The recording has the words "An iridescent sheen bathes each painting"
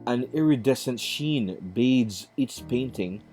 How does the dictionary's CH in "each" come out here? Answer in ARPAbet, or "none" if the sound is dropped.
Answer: S